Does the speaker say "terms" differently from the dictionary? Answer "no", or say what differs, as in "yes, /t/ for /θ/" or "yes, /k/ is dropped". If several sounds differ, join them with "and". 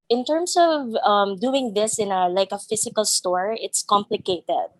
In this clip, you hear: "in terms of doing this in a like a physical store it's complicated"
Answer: yes, /s/ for /z/